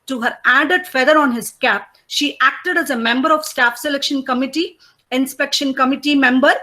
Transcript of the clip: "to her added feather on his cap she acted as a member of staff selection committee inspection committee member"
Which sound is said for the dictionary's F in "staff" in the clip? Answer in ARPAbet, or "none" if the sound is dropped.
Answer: F